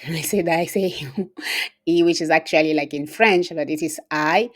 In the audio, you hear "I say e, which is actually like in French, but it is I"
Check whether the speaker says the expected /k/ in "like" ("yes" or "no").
yes